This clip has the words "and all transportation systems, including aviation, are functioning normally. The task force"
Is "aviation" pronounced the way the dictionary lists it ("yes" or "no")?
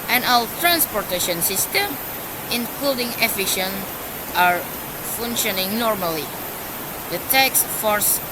no